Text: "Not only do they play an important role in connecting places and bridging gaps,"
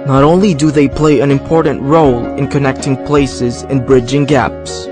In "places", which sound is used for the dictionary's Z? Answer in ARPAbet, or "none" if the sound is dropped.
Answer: Z